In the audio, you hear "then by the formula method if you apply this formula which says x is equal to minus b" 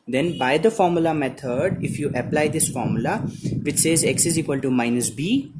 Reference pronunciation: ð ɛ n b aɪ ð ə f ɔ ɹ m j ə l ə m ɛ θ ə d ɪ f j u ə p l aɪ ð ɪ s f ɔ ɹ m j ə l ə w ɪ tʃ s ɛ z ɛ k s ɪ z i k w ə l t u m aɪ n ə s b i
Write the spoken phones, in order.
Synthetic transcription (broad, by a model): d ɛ n b aɪ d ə f ɔ ɹ m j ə l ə m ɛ t ə d ɪ f j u ə p l aɪ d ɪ s f ɔ ɹ m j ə l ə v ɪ tʃ s ɛ z ɛ k s ɪ z i k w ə l t u m aɪ n ə s b i